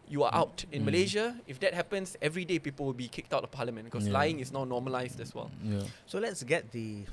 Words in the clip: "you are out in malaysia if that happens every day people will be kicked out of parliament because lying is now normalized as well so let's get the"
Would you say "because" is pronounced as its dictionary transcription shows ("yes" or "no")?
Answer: no